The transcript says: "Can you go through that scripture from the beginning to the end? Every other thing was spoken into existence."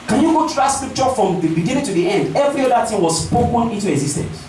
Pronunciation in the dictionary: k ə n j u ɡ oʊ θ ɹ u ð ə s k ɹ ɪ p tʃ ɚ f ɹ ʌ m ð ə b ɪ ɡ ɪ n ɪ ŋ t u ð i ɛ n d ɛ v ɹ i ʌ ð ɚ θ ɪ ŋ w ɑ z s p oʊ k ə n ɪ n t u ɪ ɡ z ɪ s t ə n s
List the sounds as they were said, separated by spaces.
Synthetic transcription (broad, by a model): k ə n j u ɡ oʊ t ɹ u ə s k ɹ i p tʃ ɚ f ɹ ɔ m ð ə b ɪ ɡ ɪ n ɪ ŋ t u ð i ɛ n d ɛ v ɹ i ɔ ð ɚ t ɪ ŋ w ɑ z s p oʊ k ə n ɪ n t u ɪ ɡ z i s t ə n s